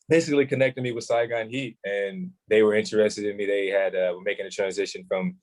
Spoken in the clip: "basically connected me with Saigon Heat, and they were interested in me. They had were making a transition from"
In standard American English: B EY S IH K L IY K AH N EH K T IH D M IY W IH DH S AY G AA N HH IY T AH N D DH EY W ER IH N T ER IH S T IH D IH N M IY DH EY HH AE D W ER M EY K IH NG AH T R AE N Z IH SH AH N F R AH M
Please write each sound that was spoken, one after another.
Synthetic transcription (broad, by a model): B EY S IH K L IY K AH N EH K T IH D M IY W IH DH S AY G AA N HH IY T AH N DH EY W ER IH N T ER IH S T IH D IH N M IY DH EY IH D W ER M EY K IH NG AH T R AE N Z IH SH AH N F R AH M